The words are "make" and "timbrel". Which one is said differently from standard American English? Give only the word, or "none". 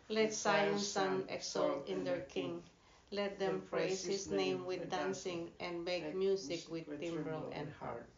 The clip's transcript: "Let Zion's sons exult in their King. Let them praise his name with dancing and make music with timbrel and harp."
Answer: none